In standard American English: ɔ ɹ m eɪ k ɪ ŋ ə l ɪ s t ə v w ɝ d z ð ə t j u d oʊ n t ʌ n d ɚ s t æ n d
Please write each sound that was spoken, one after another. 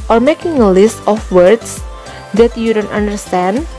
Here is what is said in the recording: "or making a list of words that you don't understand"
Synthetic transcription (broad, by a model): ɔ ɹ m eɪ k ɪ ŋ ə l ɪ s t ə f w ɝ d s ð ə t j u d oʊ n t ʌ n d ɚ s t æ n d